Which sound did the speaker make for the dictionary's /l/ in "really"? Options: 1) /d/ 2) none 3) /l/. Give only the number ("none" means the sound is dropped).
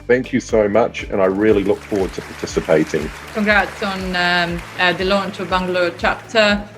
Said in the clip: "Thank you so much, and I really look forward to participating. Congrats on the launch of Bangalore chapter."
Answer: 3